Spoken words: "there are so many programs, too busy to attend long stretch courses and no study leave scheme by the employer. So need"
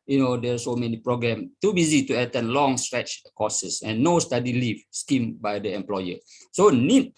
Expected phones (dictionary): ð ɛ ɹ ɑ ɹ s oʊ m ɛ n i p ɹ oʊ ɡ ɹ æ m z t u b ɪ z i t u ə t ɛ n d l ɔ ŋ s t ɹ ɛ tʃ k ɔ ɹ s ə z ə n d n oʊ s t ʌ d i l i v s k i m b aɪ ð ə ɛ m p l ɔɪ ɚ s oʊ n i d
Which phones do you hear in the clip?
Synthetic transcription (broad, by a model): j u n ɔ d s oʊ m ɛ n i p ɹ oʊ ɡ ɹ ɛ m t u b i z i t u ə t ɛ n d l ɔ ŋ s t ɹ ɛ tʃ k ɔ s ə s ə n n oʊ s t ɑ d i l i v s k i m b aɪ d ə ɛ m p l ɔɪ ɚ s oʊ n i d